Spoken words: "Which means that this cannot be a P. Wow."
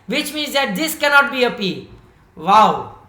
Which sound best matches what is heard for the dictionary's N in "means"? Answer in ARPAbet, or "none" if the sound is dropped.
N